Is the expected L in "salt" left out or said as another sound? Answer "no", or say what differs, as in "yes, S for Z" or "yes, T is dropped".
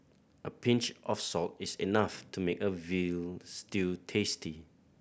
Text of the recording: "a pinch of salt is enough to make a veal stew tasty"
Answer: no